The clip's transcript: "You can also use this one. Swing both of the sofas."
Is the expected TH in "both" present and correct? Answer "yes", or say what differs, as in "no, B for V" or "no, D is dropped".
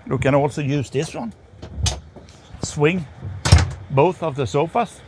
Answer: yes